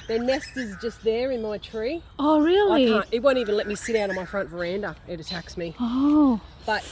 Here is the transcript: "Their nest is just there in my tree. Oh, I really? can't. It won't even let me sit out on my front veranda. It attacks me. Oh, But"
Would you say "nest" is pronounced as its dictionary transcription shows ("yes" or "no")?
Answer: yes